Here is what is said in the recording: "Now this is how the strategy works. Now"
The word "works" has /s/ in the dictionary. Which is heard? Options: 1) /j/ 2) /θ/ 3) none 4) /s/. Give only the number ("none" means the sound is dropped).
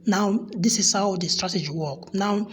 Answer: 3